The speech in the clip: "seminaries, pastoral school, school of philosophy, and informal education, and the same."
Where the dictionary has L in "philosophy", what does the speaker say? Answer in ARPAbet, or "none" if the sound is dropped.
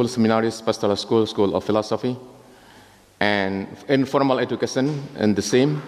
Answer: L